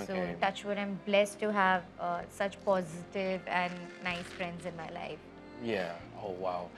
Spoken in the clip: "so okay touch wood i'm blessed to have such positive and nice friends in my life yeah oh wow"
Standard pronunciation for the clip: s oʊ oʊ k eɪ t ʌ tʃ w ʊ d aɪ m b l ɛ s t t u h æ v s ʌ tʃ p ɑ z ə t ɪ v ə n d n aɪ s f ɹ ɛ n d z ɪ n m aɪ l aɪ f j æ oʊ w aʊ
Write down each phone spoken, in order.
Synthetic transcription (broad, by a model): s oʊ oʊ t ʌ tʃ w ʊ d aɪ m b l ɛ s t t u h æ v s ʌ tʃ p ɑ z ə t ɪ v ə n n aɪ s f ɹ ɛ n d z ɪ n m aɪ l aɪ f j æ oʊ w aʊ